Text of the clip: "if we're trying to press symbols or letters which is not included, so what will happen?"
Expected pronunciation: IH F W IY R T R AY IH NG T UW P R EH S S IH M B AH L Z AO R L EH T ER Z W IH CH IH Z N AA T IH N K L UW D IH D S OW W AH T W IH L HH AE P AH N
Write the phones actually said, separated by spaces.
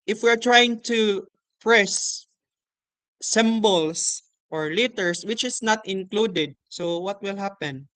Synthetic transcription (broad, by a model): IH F W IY R T R AY IH NG T UW P R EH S S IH M B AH L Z AO R L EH T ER S W IH CH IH S N AA T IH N K L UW D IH D S OW W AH T W IH L HH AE P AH N